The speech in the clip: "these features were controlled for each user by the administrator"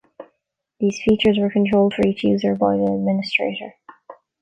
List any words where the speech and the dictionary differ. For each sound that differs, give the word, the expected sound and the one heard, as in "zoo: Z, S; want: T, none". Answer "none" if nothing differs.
none